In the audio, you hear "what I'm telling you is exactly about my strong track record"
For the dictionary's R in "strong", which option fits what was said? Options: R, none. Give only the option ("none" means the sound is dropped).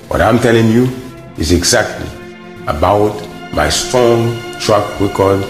none